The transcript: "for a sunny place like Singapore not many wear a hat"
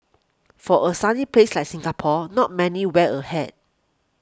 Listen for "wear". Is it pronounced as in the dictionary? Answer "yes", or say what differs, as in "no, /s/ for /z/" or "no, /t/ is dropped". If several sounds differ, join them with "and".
no, /l/ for /ɹ/